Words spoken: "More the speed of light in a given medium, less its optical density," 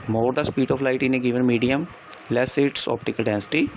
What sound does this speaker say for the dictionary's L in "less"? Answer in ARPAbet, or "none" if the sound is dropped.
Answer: L